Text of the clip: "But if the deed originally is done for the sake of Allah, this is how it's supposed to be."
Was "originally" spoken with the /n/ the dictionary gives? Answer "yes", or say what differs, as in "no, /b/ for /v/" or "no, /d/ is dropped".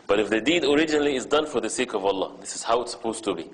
yes